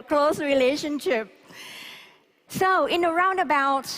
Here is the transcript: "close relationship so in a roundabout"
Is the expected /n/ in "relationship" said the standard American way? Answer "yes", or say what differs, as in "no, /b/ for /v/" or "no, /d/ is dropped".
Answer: yes